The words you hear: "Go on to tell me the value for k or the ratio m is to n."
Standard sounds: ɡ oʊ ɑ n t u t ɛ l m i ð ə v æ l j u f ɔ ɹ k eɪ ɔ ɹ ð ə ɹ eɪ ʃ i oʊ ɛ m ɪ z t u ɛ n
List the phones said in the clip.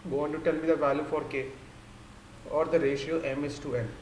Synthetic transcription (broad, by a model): ɡ oʊ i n t u t ɛ l m i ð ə v æ l j u f ɔ ɹ k eɪ ɔ ɹ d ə ɹ eɪ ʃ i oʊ ɛ m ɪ s t u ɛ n